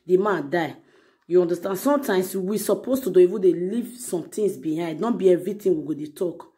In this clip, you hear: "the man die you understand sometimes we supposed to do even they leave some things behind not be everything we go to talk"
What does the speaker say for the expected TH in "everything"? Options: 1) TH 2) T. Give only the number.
2